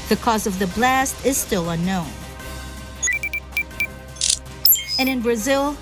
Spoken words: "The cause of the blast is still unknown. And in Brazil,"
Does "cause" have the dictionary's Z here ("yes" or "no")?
yes